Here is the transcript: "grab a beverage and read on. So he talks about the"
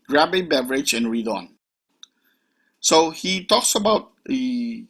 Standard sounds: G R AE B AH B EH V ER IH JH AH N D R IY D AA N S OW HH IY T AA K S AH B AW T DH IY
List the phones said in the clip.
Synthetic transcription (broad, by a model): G R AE B AH B EH V ER IH JH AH N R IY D AA N S OW HH IY T AA K S AH B AW T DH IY